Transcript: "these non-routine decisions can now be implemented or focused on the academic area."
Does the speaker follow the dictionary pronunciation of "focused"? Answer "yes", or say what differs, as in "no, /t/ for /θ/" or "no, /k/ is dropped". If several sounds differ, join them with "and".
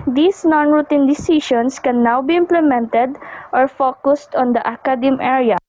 yes